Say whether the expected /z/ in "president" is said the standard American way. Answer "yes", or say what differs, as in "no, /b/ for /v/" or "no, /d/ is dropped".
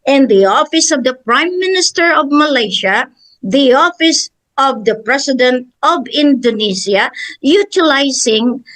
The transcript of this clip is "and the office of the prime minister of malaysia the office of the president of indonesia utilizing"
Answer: no, /s/ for /z/